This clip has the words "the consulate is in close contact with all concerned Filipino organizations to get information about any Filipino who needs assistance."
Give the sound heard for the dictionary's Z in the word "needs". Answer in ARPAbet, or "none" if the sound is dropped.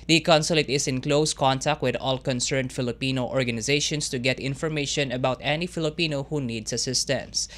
S